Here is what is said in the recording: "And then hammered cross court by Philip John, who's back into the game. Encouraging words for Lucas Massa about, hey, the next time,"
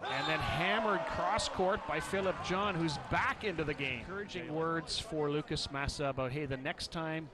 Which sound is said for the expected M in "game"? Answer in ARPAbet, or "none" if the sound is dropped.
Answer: none